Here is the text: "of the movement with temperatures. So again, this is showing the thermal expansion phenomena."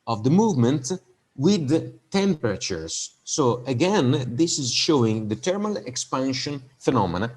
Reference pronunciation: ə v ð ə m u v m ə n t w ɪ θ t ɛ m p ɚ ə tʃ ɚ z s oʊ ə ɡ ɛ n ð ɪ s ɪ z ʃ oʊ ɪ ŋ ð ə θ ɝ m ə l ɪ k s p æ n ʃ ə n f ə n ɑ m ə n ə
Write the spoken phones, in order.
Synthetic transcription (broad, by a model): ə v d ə m u v m ə n t w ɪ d t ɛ m p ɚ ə tʃ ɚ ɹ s oʊ ə ɡ ɛ n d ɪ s ɪ z ʃ oʊ ɪ ŋ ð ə t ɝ m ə l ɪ k s p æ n ʃ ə n f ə n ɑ m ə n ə